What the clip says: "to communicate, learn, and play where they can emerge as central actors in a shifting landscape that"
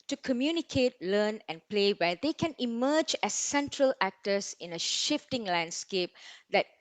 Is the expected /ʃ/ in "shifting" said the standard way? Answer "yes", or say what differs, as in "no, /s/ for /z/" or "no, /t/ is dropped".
yes